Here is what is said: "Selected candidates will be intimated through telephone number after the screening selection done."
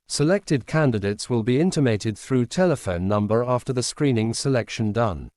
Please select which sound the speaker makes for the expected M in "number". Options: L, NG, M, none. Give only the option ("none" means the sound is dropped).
M